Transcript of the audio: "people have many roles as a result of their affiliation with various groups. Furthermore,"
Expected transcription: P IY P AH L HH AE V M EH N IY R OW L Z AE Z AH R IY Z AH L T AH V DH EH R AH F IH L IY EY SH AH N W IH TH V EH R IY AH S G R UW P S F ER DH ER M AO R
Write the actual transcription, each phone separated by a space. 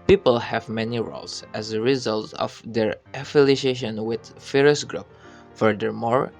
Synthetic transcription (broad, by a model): P IY P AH L HH AE V M EH N IY R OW L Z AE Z AH R IY Z AH L T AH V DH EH R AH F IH L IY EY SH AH N W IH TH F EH R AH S G R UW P F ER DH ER M AO R